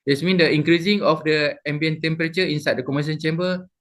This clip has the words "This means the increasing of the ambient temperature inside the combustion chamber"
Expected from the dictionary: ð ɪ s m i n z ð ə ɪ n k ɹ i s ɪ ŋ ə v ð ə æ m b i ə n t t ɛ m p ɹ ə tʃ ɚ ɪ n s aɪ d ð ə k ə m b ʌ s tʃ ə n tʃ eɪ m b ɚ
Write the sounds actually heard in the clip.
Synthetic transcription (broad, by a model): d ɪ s m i n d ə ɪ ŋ k ɹ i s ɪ ŋ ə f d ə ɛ m b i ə n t t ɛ m p ɹ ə tʃ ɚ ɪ n s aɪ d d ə k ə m ʌ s ə n tʃ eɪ m b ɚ